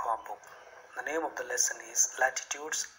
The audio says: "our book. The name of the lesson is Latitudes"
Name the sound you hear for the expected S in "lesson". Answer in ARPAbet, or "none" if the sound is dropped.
S